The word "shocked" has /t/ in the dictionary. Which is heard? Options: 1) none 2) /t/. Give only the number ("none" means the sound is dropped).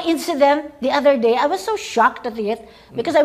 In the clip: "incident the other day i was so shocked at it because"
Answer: 2